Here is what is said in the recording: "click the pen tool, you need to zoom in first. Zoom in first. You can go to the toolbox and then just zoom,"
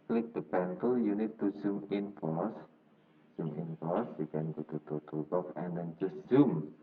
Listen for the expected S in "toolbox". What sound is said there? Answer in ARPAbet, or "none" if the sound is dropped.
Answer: none